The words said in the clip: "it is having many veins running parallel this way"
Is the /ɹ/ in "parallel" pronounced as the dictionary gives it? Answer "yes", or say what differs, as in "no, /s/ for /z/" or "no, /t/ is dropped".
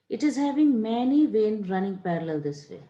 yes